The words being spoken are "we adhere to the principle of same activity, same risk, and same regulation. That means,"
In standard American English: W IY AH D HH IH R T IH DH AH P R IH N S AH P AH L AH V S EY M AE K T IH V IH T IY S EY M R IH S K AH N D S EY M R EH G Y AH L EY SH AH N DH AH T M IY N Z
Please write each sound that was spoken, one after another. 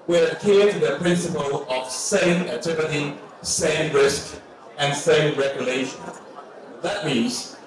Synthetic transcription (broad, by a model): W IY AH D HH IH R T IH DH AH P R IH N S AH P AH L AH V S EY M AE T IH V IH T IY S EY M R IH S K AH N S EY M R EH G Y AH L EY SH AH N DH AH T M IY N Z